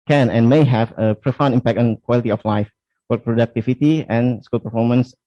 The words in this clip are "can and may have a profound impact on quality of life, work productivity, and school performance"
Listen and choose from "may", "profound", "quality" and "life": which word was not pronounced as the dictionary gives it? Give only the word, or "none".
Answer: profound